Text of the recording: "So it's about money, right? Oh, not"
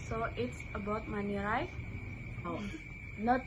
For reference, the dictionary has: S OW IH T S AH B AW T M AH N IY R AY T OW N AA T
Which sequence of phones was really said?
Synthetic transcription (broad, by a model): S OW IH T S AH B AW T M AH N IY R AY OW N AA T